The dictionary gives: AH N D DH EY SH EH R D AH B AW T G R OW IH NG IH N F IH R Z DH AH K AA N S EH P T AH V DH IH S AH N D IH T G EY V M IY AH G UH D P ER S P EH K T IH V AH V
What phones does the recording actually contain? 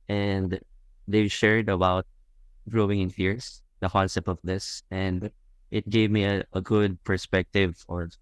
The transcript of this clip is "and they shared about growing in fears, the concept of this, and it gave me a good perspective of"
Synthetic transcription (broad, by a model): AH N D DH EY SH EH R D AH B AW T G R OW IH NG IH N F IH R S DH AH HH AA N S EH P AH V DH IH S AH N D IH T G EY V M IY AH G UH D P ER S P EH K T IH V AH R